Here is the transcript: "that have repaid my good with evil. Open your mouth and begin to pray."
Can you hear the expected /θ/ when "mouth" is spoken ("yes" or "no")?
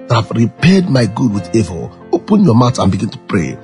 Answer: no